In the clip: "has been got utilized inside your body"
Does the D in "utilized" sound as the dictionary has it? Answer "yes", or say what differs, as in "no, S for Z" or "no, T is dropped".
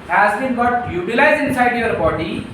no, D is dropped